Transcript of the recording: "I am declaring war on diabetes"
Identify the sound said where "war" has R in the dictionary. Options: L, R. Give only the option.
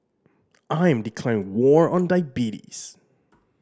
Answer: R